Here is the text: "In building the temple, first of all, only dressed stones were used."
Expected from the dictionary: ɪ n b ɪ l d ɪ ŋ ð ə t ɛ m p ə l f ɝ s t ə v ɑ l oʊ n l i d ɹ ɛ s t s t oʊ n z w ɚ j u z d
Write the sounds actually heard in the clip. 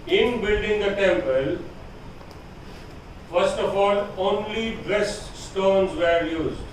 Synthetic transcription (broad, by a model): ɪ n b ɪ l d ɪ ŋ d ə t ɛ m p ə l f ɝ s t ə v ɑ l oʊ n l i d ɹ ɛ s t s t oʊ n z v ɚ j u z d